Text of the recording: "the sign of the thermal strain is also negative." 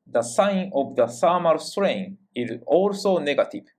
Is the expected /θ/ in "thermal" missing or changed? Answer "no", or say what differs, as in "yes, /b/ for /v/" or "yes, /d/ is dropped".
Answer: yes, /s/ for /θ/